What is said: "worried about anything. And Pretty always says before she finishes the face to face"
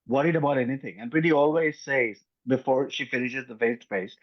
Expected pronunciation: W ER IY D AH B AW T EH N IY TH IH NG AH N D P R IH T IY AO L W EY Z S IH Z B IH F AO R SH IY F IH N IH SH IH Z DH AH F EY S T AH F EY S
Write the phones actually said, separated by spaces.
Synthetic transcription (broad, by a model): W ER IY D AH B AW T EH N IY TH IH NG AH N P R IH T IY AO L W EY Z S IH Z B IH F AO R SH IY F IH N IH SH IH Z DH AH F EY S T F EY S